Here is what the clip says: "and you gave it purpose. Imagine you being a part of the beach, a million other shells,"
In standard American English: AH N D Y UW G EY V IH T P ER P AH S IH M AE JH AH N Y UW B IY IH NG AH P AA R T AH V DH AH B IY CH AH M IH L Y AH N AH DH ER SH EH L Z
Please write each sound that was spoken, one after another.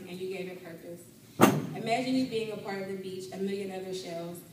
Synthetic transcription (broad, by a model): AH N Y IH G EY V IH T P ER P AH S IH M AE JH AH N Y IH B IY IH NG AH P AA R T AH V DH AH B IY CH AH M IH L Y AH N AH DH ER SH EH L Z